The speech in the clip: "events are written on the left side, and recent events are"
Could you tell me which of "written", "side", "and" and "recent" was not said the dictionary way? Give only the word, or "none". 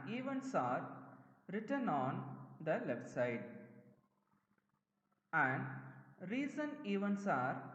recent